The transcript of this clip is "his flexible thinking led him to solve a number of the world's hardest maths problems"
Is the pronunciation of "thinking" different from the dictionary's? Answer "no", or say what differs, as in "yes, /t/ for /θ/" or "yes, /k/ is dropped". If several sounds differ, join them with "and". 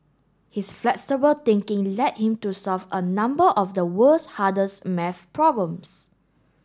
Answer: yes, /t/ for /θ/